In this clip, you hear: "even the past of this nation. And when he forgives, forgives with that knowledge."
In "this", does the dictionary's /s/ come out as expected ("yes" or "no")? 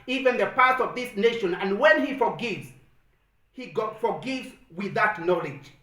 yes